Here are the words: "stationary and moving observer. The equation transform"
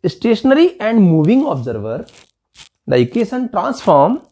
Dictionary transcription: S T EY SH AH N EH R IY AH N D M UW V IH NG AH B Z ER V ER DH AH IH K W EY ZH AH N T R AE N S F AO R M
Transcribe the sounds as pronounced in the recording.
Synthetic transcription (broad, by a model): S T EY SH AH N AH R IY AH N D M UW V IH NG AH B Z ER V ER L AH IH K EY S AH N T R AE N S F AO R M